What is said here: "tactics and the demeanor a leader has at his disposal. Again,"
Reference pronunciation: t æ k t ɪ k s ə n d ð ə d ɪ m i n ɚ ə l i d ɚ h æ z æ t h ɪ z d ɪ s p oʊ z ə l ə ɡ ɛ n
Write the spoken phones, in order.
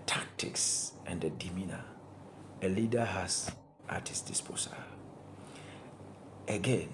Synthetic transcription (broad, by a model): t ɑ k t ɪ k s ə n d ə d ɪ m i n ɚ ə l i d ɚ h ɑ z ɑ t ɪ s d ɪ s p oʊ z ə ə ɡ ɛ n